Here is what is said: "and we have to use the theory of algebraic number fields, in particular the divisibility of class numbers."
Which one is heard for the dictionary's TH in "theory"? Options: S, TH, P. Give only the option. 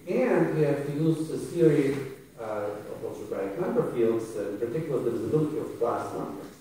S